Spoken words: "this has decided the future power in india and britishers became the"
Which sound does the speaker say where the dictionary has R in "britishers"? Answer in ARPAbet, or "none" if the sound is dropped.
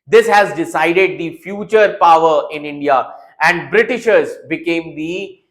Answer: R